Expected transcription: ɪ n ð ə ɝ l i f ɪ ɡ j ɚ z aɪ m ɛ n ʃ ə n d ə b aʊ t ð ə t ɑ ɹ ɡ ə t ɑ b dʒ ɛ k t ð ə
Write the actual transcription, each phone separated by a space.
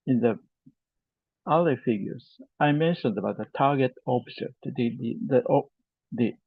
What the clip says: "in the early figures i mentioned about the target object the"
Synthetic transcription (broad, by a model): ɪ n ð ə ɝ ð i f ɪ ɡ j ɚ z aɪ m ɛ n ʃ ə n d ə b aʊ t ð ə t ɑ ɹ ɡ ə t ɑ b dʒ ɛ k t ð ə